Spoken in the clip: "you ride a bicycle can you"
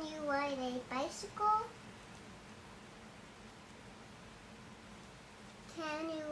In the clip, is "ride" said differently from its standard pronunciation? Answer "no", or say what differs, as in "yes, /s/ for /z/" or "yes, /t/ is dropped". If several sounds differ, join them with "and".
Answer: yes, /w/ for /ɹ/